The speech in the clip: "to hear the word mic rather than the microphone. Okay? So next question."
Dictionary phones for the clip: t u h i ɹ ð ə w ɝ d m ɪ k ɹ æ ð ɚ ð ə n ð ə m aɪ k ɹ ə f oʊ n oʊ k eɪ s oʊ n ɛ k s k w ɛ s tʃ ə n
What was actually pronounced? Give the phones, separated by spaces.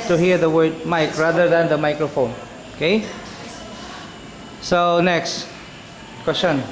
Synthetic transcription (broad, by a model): t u h i ɹ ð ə w ɝ d m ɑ k ɹ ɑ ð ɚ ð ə n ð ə m aɪ k ɹ ə f oʊ n oʊ k eɪ s oʊ n ɛ k s k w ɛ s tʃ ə n